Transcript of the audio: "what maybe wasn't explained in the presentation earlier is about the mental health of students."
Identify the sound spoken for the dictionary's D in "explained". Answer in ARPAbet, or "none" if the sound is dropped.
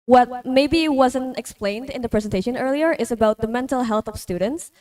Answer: D